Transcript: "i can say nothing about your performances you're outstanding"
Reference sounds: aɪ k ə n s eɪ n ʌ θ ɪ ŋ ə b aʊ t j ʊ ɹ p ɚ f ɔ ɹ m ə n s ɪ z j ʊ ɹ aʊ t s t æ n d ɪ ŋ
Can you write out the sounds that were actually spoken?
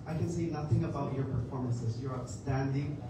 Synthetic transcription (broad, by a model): aɪ k ə n s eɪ n ʌ θ ɪ ŋ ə b aʊ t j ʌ ɹ p ɚ f ɔ ɹ m ə n s ɪ z j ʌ ɹ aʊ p s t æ n d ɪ ŋ